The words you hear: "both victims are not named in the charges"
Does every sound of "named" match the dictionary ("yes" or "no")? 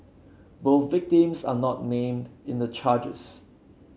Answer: yes